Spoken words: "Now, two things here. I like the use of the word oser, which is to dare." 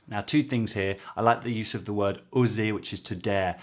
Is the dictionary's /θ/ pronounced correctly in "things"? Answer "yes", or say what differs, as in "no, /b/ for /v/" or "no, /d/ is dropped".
yes